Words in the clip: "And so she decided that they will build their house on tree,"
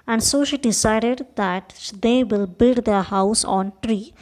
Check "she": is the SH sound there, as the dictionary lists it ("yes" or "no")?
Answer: yes